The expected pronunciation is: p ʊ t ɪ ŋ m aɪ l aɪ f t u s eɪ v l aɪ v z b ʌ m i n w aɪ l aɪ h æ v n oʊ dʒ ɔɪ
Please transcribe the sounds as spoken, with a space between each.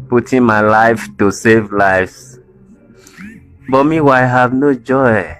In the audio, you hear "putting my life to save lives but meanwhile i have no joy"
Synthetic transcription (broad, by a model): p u t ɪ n m aɪ l aɪ f t u s eɪ v l aɪ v s b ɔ m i w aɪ aɪ h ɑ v n oʊ dʒ ɔɪ